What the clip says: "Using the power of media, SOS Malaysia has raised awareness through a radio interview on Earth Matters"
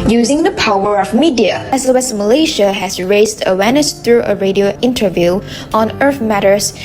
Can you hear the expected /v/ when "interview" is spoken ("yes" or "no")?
yes